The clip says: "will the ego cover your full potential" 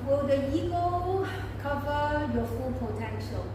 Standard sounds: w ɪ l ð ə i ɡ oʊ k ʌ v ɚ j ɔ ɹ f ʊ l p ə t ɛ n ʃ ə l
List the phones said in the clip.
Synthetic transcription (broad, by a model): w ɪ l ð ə i ɡ oʊ k ʌ v ɚ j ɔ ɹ f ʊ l p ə t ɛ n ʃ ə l